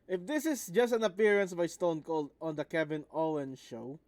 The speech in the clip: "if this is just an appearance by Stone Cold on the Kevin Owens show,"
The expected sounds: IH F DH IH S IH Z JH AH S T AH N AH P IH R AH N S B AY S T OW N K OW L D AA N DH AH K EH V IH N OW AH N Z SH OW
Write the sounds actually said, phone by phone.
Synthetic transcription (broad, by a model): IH F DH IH S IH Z JH AH S T AH N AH P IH R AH N S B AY S T OW N K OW L D AA N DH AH K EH B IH N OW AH N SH OW